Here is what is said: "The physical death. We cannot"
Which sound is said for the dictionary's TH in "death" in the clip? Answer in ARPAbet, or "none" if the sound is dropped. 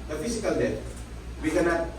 T